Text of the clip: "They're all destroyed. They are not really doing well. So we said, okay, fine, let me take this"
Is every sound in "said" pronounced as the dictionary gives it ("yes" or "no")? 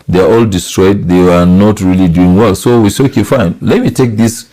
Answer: no